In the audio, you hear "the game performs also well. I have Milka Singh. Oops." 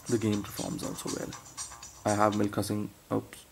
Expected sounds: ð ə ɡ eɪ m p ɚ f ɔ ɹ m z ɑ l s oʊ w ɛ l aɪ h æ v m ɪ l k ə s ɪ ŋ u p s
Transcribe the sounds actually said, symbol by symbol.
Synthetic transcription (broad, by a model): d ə ɡ eɪ m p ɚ f ɔ ɹ m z ɑ l s oʊ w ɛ l aɪ h æ v m ɪ l k ə s ɪ ŋ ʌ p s